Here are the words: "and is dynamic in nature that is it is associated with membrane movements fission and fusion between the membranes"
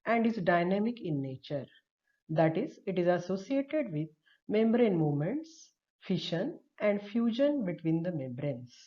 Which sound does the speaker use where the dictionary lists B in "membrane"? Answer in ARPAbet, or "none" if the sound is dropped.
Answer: B